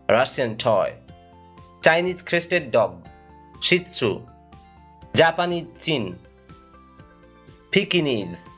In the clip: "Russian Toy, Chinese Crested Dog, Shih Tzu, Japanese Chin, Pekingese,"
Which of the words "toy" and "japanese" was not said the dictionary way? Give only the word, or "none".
japanese